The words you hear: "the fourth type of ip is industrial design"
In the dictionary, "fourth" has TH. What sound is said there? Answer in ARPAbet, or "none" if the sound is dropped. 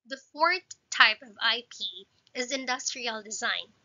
TH